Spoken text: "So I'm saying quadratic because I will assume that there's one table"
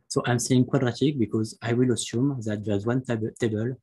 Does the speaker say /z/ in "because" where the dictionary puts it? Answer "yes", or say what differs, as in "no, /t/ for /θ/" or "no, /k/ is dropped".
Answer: yes